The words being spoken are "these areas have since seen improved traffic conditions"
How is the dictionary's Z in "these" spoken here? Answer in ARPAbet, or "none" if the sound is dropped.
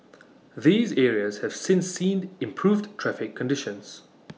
Z